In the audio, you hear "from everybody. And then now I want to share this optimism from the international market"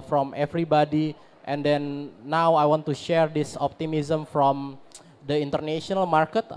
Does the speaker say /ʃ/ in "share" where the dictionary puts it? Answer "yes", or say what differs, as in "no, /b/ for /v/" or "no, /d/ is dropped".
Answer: yes